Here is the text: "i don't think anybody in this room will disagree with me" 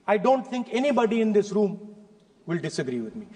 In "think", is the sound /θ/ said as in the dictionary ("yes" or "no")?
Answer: no